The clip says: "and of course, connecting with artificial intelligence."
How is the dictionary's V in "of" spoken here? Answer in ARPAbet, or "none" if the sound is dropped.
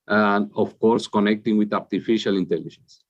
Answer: F